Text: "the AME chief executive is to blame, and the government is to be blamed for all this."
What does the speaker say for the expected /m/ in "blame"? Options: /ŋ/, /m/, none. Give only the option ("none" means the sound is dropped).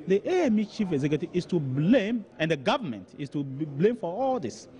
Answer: /m/